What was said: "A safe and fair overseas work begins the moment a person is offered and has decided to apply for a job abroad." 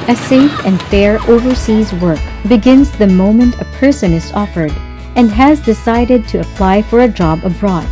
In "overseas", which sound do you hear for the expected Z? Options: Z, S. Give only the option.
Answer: Z